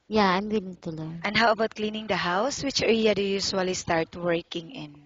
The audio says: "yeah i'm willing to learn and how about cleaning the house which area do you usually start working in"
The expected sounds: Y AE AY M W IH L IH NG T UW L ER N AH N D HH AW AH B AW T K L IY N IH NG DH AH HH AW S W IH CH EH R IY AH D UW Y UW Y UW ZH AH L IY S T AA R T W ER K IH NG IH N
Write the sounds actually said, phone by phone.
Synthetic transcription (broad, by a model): Y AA AY M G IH N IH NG T UW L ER AH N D HH AW AH B AW T K L IY N IH NG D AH HH AW S W IH CH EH L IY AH D UW Y UW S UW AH L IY S T AA R T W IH K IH NG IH N